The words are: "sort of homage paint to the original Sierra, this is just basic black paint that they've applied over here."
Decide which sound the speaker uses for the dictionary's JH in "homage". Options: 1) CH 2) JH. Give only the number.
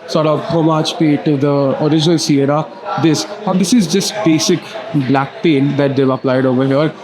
1